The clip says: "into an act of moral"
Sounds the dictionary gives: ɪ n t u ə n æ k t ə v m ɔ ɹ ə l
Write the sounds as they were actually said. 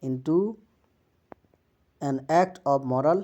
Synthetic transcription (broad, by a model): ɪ n t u ə n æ k t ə b m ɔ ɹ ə l